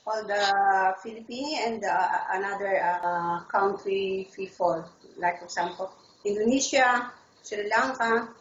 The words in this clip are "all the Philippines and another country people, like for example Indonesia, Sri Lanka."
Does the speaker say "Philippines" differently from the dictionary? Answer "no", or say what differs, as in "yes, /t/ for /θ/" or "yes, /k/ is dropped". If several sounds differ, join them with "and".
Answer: yes, /z/ is dropped